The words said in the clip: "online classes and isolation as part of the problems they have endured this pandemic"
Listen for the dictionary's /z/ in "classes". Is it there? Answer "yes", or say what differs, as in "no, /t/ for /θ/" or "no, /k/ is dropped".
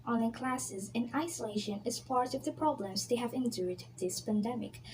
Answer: yes